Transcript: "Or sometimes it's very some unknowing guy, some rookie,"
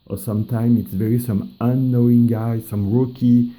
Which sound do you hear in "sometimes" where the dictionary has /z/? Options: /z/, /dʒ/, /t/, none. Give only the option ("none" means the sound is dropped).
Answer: none